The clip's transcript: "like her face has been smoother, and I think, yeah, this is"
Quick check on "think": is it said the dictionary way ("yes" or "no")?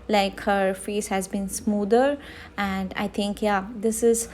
no